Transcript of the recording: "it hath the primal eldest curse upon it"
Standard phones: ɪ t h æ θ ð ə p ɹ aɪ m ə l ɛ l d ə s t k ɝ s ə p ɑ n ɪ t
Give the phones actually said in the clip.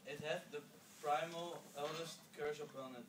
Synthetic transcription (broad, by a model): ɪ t h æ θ ð ə p ɹ aɪ m ə l ɛ l d ə s t k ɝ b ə ʊ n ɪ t